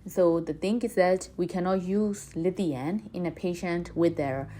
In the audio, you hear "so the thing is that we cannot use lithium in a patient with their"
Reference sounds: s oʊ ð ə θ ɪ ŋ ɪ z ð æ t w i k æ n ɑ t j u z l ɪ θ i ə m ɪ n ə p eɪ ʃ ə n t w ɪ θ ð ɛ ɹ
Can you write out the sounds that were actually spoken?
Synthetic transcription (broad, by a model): s oʊ ð ə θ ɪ ŋ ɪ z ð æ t w i k æ n ɑ t j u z l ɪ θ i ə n ɪ n ə p eɪ ʃ ə n t w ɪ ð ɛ ɹ